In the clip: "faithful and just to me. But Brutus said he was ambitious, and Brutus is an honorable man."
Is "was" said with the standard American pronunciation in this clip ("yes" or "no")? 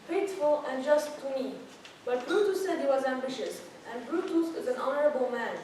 yes